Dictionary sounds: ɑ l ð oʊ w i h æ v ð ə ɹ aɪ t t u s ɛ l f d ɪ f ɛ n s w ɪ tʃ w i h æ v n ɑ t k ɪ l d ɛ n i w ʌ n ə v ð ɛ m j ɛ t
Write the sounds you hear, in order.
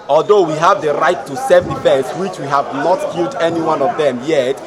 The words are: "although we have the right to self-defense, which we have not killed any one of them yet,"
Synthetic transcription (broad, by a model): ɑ l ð oʊ w i h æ v ð ə ɹ aɪ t t u s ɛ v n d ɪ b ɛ s w ɪ tʃ w i h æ v n ɑ t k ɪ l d ɛ n i w ʌ n ə v ð ɛ m j ɛ t